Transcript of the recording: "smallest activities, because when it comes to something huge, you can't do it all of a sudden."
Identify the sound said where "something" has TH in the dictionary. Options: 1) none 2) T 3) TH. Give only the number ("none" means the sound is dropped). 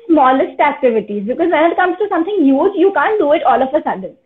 2